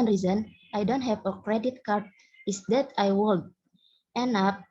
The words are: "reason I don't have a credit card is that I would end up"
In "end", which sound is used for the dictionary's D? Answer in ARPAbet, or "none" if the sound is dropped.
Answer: none